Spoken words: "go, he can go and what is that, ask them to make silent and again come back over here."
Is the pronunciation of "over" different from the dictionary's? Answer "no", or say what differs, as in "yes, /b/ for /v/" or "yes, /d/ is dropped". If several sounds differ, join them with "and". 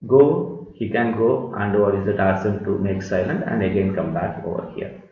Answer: no